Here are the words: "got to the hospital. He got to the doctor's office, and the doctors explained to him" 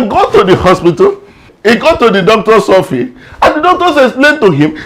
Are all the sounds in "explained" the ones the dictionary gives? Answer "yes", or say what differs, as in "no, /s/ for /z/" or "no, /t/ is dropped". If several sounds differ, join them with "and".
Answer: no, /k/ is dropped and /p/ is dropped